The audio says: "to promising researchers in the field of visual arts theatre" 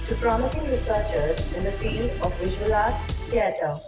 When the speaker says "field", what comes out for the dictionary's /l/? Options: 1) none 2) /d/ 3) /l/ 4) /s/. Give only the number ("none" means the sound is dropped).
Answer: 1